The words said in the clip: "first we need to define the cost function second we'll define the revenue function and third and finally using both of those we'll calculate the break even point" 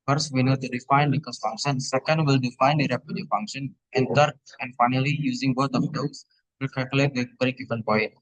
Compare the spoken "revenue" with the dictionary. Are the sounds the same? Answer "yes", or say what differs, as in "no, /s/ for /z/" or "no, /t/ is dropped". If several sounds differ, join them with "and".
no, /p/ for /v/